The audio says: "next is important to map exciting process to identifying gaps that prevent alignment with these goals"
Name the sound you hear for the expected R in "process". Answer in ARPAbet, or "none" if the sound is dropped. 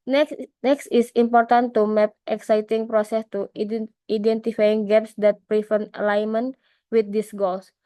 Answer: R